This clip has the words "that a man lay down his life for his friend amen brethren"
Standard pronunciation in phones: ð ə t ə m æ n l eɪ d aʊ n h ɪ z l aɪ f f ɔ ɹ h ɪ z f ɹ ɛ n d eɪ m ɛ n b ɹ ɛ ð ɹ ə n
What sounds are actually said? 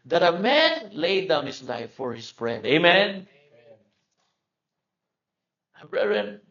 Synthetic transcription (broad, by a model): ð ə t ə m æ n l eɪ d aʊ n h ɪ s l aɪ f f ɔ ɹ h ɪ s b ɹ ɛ d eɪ m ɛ n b ɹ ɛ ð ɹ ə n